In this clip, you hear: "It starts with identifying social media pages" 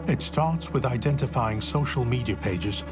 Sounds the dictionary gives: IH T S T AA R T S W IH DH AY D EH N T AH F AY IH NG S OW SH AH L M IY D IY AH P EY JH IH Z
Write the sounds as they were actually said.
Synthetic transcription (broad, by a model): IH T S T AA R T S W IH DH AY D EH N T AH F AY IH NG S OW SH AH L M IY D IY AH P EY JH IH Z